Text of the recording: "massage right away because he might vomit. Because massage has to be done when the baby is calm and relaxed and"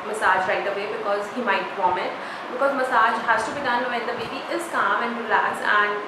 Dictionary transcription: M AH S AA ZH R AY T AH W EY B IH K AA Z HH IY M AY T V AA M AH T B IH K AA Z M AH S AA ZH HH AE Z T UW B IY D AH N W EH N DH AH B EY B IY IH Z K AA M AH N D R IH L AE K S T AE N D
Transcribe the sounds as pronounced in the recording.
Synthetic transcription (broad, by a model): M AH S AA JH R AY T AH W EY B IH K AA Z HH IY M AY T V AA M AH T B IH K AA Z M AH S AA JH HH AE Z T UW B IY D AH N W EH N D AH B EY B IY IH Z K AA M AH N D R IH L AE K S AE N D